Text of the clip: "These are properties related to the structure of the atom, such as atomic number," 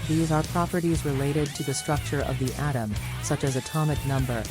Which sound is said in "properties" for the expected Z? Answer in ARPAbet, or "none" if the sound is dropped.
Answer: Z